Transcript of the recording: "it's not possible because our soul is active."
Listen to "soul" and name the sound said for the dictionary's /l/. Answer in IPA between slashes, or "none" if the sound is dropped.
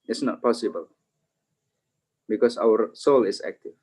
/l/